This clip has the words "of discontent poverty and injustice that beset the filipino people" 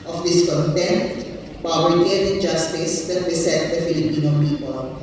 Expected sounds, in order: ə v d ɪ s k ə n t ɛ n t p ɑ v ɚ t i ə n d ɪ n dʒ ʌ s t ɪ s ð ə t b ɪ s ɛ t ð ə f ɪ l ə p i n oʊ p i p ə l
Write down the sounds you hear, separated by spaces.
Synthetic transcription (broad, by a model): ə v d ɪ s k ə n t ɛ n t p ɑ b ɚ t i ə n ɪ n dʒ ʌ s t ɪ s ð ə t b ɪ s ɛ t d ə f ɪ l ə p i n oʊ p i p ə l